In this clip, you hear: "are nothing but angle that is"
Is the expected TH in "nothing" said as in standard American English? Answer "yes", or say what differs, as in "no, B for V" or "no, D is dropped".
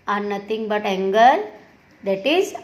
no, T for TH